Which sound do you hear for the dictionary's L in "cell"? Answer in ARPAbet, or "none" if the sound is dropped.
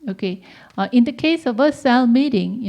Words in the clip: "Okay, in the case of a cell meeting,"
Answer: L